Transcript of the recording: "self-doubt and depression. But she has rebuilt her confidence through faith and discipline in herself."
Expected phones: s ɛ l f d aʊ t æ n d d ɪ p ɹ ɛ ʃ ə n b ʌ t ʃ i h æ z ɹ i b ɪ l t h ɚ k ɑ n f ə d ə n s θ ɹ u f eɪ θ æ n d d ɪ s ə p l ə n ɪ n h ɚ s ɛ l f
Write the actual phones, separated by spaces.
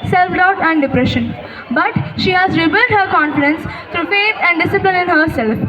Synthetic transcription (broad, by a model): s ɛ l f d aʊ t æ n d d ɪ p ɹ ɛ ʃ ə n b ʌ t ʃ i h æ z ɹ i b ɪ l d h ɚ k ɑ n f ə d ə n s t ɹ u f eɪ t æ n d d ɪ s ə p l ə n ɪ n h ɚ s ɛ l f